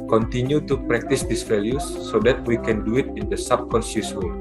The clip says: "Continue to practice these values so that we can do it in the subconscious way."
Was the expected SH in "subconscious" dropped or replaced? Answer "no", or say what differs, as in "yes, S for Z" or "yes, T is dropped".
yes, S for SH